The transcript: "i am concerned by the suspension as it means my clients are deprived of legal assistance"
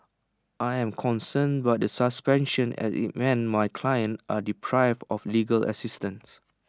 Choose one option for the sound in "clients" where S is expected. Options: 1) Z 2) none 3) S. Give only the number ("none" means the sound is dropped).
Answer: 2